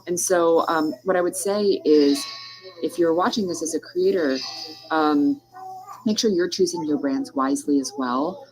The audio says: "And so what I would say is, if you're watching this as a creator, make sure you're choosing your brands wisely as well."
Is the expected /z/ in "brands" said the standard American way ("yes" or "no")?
yes